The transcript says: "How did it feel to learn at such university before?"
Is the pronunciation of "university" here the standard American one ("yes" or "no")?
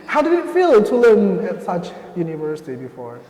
yes